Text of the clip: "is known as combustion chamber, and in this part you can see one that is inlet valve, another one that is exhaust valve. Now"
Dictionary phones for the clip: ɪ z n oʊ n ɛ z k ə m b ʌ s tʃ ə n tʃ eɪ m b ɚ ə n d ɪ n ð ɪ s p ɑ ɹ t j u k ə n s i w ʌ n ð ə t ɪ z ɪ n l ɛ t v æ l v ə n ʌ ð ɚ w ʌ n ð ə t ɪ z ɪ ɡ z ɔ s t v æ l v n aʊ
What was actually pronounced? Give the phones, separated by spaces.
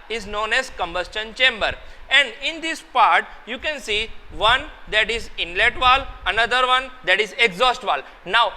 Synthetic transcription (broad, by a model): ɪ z n oʊ n ɛ z k ə m b ʌ s tʃ ə n tʃ eɪ m b ɚ ə n d ɪ n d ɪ s p ɑ ɹ t j u k ə n s i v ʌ n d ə t ɪ z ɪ n l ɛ t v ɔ l ə n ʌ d ɚ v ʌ n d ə t ɪ z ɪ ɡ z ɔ s t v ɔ l n aʊ